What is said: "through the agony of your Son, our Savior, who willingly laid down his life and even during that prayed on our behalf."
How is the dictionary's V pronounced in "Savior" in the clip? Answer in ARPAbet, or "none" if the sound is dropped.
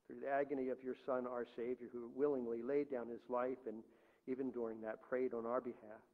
V